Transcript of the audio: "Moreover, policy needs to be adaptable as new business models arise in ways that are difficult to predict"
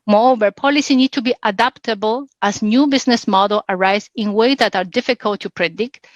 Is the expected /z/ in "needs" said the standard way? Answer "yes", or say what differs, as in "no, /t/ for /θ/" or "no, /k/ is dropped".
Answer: no, /z/ is dropped